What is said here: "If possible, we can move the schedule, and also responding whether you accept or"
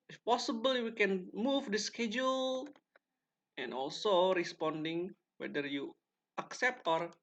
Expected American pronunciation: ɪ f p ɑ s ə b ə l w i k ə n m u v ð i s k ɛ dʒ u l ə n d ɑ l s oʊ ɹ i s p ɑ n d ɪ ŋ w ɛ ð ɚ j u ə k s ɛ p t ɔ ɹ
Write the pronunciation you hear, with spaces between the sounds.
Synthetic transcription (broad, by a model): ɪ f p ɑ s ə b ə l w i k ə n m u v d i s k ɛ dʒ u l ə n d ɑ l s oʊ ɹ i s p ɑ n d ɪ ŋ w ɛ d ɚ j u ə k s ɛ p t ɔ ɹ